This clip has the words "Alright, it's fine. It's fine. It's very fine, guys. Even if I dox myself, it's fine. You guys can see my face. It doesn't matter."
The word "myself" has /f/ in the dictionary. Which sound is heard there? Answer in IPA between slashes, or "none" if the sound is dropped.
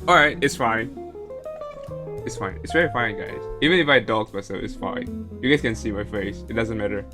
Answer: none